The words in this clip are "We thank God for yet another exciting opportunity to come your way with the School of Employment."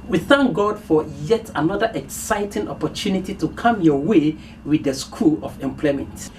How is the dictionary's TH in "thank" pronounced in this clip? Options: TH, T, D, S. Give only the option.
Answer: TH